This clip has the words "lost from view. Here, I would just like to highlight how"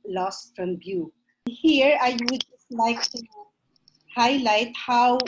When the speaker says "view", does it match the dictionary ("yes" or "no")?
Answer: no